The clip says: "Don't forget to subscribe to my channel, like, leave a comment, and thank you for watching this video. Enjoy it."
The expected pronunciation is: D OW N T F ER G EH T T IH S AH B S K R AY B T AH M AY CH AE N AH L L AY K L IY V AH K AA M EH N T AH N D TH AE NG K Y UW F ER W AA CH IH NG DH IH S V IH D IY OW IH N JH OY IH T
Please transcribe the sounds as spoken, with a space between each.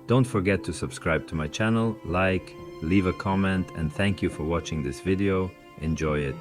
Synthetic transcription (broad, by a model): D OW N T F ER G EH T T IH S AH B S K R AY B T AH M AY CH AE N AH L L AY K L IY V AH K AA M EH N T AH N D TH AE NG K Y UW F ER W AA CH IH NG DH IH S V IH D IY OW IH N JH OY IH T